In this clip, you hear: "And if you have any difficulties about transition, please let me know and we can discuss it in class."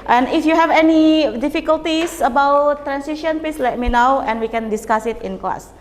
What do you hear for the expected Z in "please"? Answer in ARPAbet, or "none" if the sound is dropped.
S